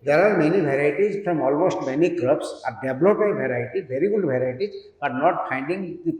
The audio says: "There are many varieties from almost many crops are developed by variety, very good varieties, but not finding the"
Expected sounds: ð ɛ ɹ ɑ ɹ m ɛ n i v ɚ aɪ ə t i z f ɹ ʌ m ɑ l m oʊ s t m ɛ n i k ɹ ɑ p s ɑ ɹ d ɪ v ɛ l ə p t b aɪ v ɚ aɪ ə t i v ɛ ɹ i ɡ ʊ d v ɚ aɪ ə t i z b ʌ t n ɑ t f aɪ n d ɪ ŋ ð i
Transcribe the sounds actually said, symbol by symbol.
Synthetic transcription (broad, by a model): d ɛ ɹ ɑ ɹ m ɛ n i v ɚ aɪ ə t i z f ɹ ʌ m ɑ l m oʊ s t m ɛ n i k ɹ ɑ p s ɑ ɹ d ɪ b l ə t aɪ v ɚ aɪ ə t i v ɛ ɹ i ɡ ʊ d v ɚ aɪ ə t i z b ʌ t n ɑ t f aɪ n d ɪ ŋ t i